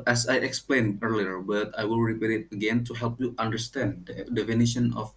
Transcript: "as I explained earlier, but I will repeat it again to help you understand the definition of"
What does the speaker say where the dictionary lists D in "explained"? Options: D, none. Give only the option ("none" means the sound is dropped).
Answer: none